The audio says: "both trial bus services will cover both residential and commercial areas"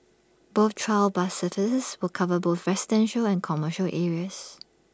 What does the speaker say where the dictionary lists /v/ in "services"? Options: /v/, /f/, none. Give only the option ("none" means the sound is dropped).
/f/